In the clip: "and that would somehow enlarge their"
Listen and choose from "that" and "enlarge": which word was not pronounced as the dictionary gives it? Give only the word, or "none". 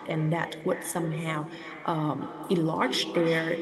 enlarge